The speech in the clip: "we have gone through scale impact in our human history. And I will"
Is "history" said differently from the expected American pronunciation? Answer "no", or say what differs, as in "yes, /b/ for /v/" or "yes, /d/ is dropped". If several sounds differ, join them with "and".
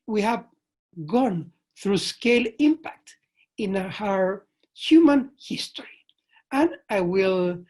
no